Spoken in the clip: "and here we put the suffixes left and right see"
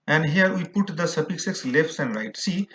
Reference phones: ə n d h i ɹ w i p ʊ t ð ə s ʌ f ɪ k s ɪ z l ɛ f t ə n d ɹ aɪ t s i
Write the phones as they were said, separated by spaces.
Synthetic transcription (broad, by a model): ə n d h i ɹ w i p ʊ t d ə s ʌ p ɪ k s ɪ s l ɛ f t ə n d ɹ aɪ t s i